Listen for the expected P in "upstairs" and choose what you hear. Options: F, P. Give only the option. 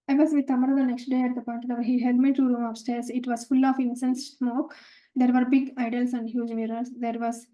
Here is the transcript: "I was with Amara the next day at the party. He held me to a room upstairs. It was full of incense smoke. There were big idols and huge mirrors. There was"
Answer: F